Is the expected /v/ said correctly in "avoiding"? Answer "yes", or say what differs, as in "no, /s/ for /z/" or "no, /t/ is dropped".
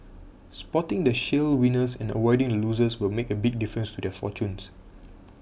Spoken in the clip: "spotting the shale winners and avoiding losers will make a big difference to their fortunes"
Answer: no, /w/ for /v/